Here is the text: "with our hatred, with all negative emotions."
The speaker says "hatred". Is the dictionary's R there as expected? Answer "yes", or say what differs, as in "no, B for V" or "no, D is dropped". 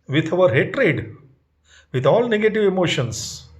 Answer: yes